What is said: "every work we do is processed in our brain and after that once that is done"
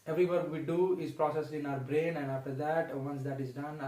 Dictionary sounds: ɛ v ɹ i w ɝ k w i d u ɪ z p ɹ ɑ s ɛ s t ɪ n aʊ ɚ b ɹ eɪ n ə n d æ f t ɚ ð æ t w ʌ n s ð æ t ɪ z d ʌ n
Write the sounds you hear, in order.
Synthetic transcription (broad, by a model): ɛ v ɹ i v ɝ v i d u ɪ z p ɹ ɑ s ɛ s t ɪ n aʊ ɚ b ɹ eɪ n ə n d æ f t ɚ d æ t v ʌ n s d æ t ɪ z d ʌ n